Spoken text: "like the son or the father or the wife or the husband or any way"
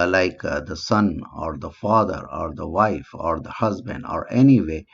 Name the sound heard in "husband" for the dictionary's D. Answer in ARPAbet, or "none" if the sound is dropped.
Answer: D